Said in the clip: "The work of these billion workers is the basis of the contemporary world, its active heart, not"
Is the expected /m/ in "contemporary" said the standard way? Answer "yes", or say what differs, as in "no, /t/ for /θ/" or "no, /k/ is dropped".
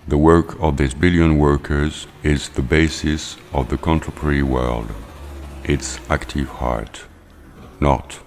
no, /m/ is dropped